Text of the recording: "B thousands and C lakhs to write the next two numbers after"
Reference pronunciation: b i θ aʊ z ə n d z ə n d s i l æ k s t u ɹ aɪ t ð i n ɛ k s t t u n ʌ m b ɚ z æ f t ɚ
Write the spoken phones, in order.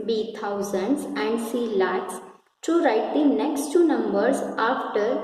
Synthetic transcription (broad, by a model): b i t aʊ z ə n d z ə n d s i l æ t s t u ɹ aɪ t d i n ɛ k s t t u n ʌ m b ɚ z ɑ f t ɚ